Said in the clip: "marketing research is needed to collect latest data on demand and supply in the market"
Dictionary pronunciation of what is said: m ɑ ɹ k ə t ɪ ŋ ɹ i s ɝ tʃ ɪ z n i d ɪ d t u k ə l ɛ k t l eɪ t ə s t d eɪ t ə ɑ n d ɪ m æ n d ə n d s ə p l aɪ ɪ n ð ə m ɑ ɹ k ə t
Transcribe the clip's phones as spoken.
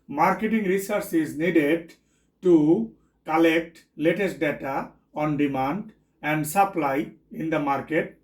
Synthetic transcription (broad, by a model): m ɑ ɹ k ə t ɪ ŋ ɹ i s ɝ s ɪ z n i d ɪ d t u k ə l ɛ k t l eɪ t ə s t d eɪ t ə ɑ n d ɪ m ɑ n d ə n d s ə p l aɪ ɪ n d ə m ɑ ɹ k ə t